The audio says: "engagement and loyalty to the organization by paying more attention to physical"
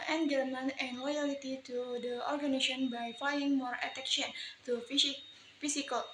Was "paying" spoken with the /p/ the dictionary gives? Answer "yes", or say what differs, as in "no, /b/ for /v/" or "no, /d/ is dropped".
no, /f/ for /p/